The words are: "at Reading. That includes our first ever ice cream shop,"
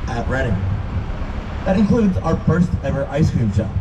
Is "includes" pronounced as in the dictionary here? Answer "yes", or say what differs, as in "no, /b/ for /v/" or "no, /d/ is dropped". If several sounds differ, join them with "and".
yes